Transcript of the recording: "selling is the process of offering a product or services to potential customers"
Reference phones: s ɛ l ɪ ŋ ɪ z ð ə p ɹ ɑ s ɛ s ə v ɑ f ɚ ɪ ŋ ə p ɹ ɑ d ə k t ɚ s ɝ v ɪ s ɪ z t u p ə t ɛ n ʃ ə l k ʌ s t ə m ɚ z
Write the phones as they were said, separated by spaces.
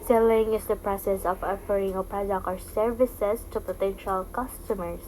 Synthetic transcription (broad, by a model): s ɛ l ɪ ŋ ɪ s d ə p ɹ ɑ s ɛ s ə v ɑ f ɚ ɪ ŋ ə p ɹ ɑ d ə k ɚ s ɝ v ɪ s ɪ s t u p ə t ɛ n ʃ ə l k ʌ s t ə m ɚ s